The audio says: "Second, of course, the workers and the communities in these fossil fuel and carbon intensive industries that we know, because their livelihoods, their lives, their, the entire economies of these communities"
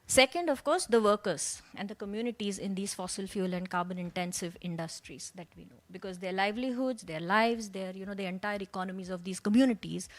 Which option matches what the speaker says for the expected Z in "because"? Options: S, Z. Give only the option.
Z